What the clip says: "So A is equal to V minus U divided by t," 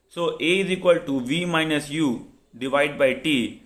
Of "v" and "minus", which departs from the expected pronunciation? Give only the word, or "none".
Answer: none